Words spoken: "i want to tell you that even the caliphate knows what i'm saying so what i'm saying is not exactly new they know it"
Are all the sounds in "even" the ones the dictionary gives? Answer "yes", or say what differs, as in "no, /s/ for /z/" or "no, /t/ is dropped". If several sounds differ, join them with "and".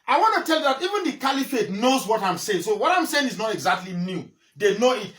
yes